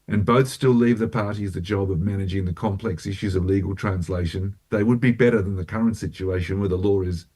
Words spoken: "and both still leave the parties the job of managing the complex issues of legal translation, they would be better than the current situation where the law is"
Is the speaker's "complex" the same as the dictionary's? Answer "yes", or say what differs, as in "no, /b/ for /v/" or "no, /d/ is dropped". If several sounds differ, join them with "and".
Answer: yes